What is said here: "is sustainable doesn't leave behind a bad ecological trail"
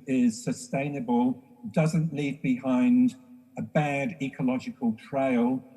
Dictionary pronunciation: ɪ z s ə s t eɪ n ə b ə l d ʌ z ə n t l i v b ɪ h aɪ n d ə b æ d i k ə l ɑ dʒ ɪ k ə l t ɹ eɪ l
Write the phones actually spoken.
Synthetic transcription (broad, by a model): ɪ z s ə s t eɪ n ə b ə l d ʌ z ə n t l i v b ɪ h aɪ n d ə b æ d i k ə l ɑ dʒ ɪ k ə l t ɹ eɪ l